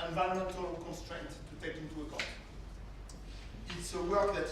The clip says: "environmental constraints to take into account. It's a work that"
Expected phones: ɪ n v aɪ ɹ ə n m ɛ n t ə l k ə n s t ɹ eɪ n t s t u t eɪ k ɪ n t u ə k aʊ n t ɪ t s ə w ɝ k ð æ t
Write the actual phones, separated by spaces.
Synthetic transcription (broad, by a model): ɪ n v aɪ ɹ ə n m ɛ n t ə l k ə n s t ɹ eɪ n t t u t eɪ k ɪ n t u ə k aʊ t ɪ t s ə w ɝ k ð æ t